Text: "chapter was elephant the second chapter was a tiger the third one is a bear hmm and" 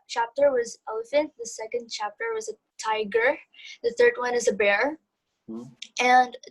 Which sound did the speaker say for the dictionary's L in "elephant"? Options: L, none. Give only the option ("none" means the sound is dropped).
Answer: none